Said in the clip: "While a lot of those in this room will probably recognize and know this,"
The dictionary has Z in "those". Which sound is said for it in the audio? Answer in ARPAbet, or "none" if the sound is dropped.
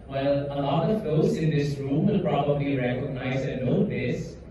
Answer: S